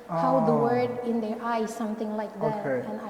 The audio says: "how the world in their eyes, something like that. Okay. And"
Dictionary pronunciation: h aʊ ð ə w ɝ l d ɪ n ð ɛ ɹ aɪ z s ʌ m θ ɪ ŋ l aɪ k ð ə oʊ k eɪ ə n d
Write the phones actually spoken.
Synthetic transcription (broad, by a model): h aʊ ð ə w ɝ d ɪ n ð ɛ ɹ aɪ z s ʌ m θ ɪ ŋ l aɪ k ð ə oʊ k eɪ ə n